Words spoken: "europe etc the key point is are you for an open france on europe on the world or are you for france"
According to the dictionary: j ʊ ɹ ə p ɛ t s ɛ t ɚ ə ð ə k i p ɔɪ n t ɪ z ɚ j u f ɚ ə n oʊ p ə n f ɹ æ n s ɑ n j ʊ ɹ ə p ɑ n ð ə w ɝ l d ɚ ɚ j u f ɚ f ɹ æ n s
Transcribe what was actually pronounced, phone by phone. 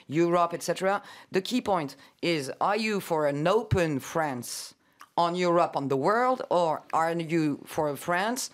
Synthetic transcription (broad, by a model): j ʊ ɹ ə p ɛ t s ɛ t ɚ ə ð ə k i p ɔɪ n t ɪ z ɚ j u f ɚ ə n oʊ p ə n f ɹ æ n s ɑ n j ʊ ɹ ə p n ð ə w ɝ l d ɚ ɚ j u f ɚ f ɹ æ n s